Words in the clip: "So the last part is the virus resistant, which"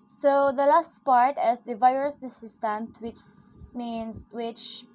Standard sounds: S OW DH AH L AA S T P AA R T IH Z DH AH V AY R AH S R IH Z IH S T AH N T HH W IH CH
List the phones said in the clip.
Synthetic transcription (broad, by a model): S OW DH AH L AA S T P AA R T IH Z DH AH V AY R AH S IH S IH S T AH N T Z W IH CH